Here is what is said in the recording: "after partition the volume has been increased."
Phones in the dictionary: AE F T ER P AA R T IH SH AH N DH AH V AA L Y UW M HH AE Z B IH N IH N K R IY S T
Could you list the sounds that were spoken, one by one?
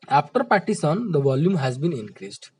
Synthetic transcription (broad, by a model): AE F T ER P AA T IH S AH N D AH V AA L Y UW M HH AE Z B IH N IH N K R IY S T